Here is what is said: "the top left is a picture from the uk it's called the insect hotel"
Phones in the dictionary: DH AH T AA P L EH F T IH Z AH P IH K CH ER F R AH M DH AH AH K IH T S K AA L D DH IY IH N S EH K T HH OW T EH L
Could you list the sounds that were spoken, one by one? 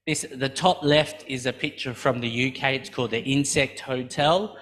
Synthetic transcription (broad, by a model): DH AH T AA P L EH F T IH Z AH P IH K CH ER F R AH M DH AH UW K IH T S K AA L D DH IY IH N S EH K T HH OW T EH L